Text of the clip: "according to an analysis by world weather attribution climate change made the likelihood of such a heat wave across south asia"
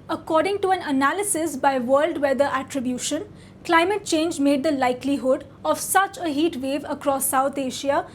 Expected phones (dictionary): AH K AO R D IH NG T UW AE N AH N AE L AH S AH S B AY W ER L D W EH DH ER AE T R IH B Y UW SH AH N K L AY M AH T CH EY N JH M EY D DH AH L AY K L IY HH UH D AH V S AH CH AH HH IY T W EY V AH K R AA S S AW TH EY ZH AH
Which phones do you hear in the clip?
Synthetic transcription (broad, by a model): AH K AO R D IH NG T UW AE N AH N AE L AH S AH S B AY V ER L D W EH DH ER AE T R IH B Y UW SH AH N K L AY M AH T CH EY N JH M EY D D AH L AY K L IY HH UH D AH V S AH CH AH HH IY T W EY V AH K R AA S S AW T EY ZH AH